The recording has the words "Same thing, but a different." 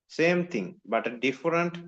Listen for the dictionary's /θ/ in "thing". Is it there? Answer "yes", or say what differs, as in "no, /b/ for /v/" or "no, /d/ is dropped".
no, /t/ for /θ/